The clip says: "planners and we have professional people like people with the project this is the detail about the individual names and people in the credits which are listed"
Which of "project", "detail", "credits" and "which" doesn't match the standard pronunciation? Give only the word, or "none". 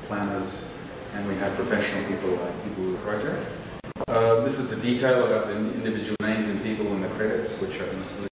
project